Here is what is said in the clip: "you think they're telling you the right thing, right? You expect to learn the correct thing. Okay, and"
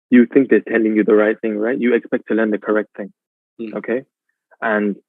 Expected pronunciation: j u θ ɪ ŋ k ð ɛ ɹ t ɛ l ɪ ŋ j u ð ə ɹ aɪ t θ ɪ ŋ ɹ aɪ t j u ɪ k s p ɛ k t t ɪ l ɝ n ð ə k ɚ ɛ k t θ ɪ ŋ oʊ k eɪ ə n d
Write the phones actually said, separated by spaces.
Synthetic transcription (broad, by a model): j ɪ θ ɪ ŋ k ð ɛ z t ɛ n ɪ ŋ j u ð ə ɹ aɪ t θ ɪ ŋ ɹ aɪ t j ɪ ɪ k s p ɛ k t t ɪ l ɝ n ð ə k ɚ ɛ k t θ ɪ ŋ oʊ k eɪ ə n